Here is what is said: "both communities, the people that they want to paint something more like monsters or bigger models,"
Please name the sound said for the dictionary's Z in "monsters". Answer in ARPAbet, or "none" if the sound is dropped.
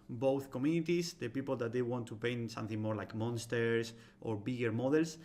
S